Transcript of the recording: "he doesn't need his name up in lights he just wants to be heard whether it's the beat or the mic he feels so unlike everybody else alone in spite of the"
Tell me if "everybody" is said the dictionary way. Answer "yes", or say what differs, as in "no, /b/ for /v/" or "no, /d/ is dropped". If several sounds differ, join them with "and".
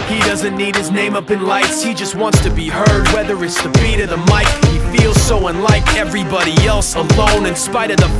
yes